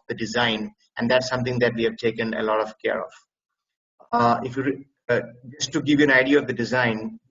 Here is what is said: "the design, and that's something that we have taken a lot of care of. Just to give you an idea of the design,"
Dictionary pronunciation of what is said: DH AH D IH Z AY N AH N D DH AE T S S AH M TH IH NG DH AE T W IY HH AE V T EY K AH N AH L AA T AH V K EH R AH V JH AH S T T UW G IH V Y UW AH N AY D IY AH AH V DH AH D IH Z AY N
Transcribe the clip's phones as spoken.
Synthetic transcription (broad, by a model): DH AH D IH Z AY N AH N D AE T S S AH M T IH NG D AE T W IY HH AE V T EY K AH N AH L AA T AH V K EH R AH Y JH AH S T T UW G IH V Y UW AH N AY D IY AH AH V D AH D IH Z AY N